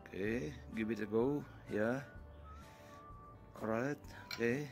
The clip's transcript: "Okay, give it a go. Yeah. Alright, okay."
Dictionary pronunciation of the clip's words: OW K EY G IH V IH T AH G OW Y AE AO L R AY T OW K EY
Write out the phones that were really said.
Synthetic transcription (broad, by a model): K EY G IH B IH T AH G OW Y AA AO R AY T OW K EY